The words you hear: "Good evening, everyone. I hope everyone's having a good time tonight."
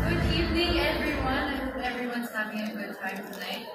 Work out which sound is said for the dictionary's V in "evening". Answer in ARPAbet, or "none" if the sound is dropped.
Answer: none